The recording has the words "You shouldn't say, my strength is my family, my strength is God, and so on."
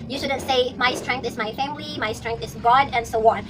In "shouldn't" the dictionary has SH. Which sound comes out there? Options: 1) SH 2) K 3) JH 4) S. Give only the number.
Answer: 1